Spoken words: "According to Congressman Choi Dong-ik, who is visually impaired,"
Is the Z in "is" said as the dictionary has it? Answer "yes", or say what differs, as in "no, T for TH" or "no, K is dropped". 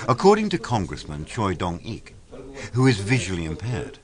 yes